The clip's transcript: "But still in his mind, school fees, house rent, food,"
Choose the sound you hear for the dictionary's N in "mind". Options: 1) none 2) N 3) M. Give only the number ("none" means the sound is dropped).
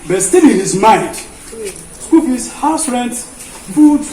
1